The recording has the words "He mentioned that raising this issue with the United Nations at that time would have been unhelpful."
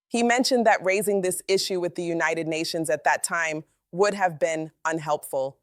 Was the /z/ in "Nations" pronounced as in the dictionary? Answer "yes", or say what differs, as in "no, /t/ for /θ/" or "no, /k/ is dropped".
yes